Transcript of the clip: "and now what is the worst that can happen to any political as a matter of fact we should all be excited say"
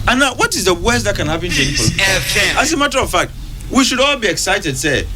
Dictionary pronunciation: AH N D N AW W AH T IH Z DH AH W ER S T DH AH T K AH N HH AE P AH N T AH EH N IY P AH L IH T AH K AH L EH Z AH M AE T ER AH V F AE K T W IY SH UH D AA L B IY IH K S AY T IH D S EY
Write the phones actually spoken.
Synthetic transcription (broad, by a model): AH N N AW W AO T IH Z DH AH W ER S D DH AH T K AH N HH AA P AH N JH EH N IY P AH EH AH AH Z AH M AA T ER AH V F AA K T W IY SH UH D AA L B IY IH K S AY T IH D S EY